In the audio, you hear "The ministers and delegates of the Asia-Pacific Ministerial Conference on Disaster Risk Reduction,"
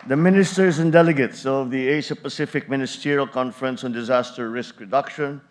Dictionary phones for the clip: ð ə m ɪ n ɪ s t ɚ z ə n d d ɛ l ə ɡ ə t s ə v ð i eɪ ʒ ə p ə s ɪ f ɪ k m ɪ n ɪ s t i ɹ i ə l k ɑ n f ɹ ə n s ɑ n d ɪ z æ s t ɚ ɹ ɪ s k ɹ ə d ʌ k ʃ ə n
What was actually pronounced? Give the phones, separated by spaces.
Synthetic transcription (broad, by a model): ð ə m ɪ n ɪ s t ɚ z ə n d d ɛ l ə ɡ ə t s ə v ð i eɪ ʃ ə p ə s ɪ f ɪ k m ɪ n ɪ s t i ɹ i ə l k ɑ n f ɹ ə n s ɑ n d ɪ z æ s t ɚ ɹ ɪ s k ɹ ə d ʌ k ʃ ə n